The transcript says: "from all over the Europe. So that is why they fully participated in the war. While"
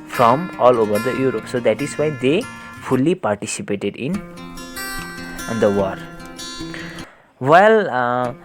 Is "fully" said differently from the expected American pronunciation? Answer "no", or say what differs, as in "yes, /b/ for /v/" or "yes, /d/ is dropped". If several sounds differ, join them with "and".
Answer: yes, /p/ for /f/